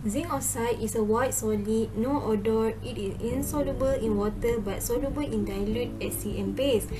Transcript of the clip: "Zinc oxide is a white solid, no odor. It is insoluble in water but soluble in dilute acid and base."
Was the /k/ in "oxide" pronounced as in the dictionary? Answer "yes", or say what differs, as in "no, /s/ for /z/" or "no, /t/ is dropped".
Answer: no, /k/ is dropped